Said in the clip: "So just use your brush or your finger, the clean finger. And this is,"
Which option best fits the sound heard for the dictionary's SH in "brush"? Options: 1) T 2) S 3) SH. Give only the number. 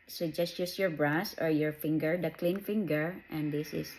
2